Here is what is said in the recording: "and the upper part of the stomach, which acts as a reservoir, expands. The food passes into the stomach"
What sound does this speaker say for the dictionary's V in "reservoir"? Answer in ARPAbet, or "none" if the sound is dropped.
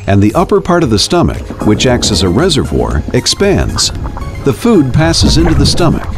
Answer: V